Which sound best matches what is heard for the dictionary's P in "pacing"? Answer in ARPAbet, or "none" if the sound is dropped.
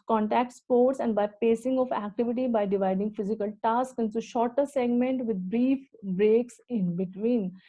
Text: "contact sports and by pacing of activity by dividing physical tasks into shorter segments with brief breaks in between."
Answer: P